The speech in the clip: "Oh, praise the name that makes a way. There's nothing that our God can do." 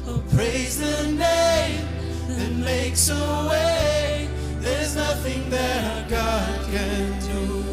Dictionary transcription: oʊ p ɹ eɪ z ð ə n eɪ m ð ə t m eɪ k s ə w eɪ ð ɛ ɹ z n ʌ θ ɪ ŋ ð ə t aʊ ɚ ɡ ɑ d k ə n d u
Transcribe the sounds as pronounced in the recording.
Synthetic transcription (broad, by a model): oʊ p ɹ eɪ z ð ə n eɪ m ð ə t m eɪ k s ə w eɪ ð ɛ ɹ z n ʌ θ ɪ ŋ ð ə t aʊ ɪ ɡ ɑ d k ə n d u